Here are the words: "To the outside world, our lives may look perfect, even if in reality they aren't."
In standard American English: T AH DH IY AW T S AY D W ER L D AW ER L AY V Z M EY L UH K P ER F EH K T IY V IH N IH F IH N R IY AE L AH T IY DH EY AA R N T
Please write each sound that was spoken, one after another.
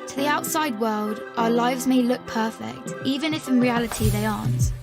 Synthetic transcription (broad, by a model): T AH DH IY AW T S AY D W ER L D AW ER L AY V Z M EY L UH K P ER F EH K T IY V IH N IH F IH N R IY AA L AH T IY DH EY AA N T